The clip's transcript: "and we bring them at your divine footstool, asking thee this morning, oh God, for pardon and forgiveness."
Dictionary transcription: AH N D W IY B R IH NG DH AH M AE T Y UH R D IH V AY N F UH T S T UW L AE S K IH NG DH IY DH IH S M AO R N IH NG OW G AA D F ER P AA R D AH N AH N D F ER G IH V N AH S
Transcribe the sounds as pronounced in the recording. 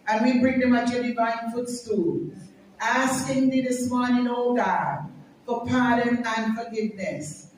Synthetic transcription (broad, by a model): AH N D W IY B R IH NG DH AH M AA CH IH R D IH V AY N F UH T S T UW L AE S K IH NG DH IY DH IH S M AO R N IH NG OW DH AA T F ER P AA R D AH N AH N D F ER G IH V N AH S